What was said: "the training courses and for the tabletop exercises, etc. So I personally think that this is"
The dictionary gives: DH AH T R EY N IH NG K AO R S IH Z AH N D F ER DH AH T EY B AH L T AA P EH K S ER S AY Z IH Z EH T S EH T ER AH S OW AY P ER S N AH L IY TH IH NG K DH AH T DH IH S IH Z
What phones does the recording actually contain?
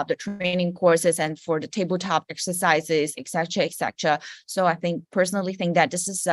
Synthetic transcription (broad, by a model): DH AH T R EY N IH NG K AO R S IH Z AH N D F ER DH AH T EY B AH L T AA P EH K S ER S AY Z IH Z EH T S EH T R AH S OW AY P ER S N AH L IY TH IH NG K DH AH T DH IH S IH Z